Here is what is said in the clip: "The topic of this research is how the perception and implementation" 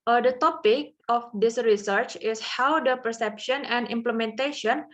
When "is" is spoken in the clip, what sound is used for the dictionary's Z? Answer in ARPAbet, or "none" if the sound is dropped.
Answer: S